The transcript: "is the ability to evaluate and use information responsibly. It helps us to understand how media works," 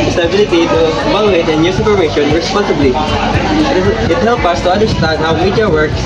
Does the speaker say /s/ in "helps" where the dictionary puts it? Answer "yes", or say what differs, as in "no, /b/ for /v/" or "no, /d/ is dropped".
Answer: no, /s/ is dropped